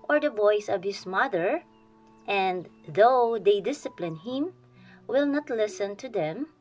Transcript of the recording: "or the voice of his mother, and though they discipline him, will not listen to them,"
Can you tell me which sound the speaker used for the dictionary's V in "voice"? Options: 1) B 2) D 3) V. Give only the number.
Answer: 1